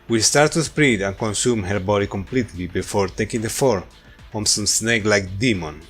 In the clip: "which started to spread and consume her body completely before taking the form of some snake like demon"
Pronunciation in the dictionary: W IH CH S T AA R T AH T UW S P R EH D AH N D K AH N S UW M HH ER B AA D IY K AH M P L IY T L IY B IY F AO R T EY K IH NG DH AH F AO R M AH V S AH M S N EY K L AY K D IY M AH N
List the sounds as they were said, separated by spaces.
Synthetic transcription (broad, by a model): W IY S T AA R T T UW S P R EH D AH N K AH N S UW M HH ER B AA D IY K AH M P L IY T L IY B IY F AO R T EY K IH NG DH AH F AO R AH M S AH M S N EY K L AY K D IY M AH N